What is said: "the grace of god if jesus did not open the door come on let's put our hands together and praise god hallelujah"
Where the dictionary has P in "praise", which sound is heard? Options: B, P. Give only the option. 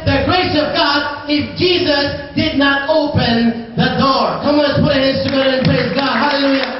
P